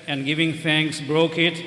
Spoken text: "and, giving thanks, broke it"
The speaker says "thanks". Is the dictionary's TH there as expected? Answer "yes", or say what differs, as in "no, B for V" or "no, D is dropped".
no, F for TH